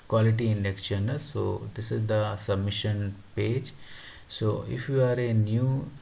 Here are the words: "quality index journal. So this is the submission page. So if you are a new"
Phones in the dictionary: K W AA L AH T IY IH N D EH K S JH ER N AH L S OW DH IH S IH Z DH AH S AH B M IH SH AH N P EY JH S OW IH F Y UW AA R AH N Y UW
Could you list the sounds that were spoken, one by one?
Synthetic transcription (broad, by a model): K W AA L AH T IY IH N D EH K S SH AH N S OW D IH S IH Z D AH S AH B M IH SH AH N P EY JH S OW IH F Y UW AA R AH N Y UW